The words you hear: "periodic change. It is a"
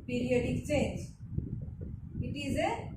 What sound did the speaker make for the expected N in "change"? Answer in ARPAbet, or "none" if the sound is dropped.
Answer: none